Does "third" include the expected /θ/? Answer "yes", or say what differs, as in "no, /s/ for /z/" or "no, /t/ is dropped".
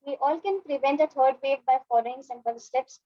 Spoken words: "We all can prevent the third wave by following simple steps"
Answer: no, /t/ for /θ/